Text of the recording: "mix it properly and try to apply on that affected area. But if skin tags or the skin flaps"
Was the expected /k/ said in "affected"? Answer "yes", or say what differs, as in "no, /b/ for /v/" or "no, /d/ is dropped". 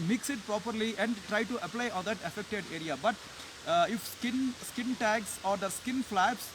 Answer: yes